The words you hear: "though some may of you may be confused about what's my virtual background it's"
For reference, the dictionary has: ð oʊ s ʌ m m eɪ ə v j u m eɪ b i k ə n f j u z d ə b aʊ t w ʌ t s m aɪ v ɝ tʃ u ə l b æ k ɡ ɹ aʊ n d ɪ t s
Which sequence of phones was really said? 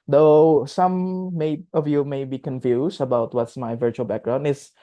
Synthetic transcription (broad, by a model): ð oʊ s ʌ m m eɪ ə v j u m eɪ b i k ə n f j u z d ə b aʊ t w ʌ t s m aɪ v ɝ tʃ u ə l b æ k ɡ ɹ aʊ n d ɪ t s